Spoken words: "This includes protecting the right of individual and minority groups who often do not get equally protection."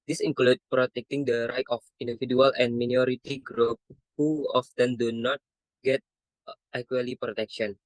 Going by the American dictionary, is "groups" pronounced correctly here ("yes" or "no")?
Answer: no